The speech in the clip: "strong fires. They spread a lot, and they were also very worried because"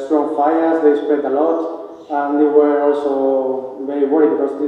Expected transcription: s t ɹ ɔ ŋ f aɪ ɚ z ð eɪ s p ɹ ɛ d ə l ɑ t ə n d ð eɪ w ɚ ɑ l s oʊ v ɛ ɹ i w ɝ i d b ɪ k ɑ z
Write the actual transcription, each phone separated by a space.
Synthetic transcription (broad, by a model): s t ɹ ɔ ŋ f aɪ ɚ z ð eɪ s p ɛ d ə l ɑ t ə n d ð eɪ w ɚ ɑ l s oʊ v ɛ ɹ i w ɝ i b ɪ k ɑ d